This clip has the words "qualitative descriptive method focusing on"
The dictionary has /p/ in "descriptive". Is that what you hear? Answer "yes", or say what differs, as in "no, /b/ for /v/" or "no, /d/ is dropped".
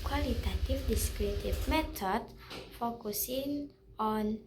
no, /p/ is dropped